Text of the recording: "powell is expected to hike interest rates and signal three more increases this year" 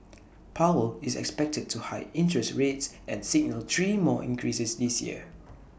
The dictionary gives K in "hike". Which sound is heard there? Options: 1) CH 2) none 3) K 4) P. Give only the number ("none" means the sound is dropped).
2